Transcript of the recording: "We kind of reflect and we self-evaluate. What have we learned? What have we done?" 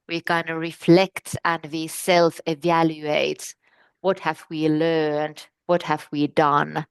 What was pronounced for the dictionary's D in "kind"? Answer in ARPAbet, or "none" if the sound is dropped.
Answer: none